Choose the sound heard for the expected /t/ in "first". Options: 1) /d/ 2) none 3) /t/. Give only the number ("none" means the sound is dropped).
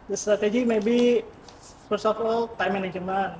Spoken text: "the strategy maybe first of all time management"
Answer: 2